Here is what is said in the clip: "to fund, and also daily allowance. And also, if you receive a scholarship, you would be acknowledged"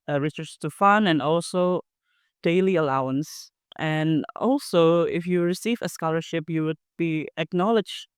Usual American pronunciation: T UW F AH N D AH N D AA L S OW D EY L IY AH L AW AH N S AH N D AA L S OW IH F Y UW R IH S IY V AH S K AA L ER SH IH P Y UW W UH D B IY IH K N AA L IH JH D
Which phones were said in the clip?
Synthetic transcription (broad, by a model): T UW F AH N AH N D AA L S OW D EY L IY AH L AW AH N S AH N AA L S OW IH F Y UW R IH S IY V AH S K AA L ER SH IH P Y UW W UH D B IY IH K N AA L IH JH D